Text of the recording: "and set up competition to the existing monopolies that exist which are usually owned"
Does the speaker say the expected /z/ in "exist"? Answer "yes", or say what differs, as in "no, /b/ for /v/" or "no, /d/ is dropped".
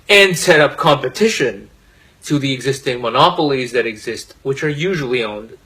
yes